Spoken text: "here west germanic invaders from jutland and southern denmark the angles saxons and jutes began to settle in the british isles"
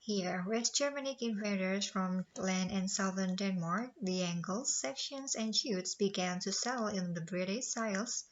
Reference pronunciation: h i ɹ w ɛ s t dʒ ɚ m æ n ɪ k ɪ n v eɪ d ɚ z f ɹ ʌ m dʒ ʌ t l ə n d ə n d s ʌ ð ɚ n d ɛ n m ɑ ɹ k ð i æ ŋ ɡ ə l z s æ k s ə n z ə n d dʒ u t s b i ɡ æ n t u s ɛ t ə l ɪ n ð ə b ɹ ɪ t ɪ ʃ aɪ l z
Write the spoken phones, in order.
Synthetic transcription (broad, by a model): h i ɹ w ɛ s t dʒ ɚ m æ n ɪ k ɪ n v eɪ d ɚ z f ɹ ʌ m l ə n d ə n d s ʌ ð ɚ n d ɛ n m ɑ ɹ k ð i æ ŋ ɡ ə l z s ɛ k ʃ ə n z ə n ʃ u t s b i ɡ æ n t u s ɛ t l ɪ n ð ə b ɹ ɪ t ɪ s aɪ l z